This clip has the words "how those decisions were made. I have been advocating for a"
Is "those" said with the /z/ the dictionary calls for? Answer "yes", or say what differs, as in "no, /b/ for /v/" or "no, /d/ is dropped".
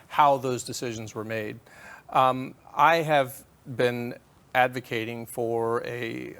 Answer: yes